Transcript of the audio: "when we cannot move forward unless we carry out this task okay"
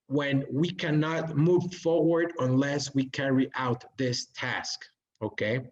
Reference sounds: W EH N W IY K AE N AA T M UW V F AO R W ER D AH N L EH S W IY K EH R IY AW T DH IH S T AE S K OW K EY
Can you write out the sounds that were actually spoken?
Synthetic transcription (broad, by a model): W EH N W IY K AE N AA T M UW V F AO R W ER D AH N L EH S W IY K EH R IY AW T DH IH S T AE S K OW K EY